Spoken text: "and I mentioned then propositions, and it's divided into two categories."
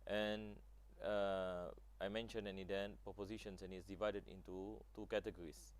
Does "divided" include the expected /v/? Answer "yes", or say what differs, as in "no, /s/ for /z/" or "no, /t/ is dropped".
yes